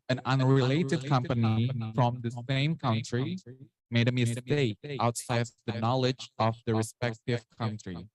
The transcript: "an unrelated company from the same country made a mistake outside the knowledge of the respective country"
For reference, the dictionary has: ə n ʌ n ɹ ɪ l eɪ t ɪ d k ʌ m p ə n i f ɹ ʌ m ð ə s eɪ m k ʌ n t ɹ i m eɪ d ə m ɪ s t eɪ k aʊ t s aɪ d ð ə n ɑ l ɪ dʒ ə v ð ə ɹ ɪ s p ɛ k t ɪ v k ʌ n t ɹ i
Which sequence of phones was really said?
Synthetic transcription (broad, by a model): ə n ʌ n ɹ ɪ l eɪ t ɪ d k ʌ m p ə n i f ɹ ʌ m ð ə s eɪ m k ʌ n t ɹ i m eɪ d ə m ɪ s t eɪ k aʊ t s aɪ d ð ə n ɑ l ɪ dʒ ə v ð ə ɹ ɪ s p ɛ k t ɪ v k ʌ n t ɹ i